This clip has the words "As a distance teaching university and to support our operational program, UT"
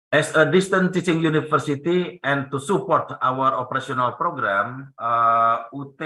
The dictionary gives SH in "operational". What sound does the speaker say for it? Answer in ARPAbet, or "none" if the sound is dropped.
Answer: S